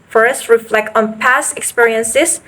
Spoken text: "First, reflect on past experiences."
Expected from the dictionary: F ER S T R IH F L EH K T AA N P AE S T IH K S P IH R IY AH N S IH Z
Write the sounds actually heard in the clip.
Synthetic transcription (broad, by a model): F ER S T R IH F L EH K T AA N P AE S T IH K S P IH R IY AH N S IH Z